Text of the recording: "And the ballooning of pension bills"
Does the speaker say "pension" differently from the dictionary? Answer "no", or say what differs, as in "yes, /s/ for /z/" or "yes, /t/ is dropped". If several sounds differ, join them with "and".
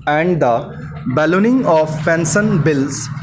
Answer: yes, /s/ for /ʃ/